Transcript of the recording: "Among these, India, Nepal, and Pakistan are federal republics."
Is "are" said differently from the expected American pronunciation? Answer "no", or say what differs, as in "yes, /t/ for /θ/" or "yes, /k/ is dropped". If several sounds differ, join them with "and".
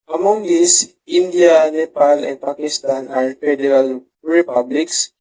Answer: no